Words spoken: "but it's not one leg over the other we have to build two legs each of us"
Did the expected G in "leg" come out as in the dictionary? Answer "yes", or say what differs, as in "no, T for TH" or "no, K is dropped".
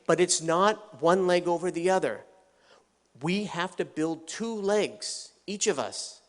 yes